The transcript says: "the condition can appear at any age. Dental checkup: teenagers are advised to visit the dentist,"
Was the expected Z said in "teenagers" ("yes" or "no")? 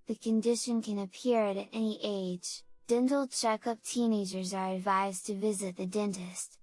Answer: yes